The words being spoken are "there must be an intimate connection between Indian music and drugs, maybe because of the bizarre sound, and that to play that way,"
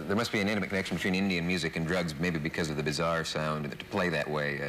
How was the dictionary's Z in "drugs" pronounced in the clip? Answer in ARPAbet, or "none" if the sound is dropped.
Z